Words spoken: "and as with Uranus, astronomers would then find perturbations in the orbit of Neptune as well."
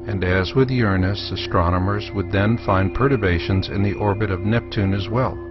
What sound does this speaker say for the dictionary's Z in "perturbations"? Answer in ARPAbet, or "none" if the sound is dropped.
Z